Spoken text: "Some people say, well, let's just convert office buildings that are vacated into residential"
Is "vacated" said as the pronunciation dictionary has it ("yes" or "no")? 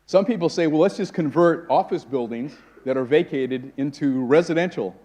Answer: yes